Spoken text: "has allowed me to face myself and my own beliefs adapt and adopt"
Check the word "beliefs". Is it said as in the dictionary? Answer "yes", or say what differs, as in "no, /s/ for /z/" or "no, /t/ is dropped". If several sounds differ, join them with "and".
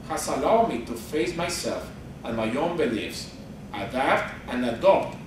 yes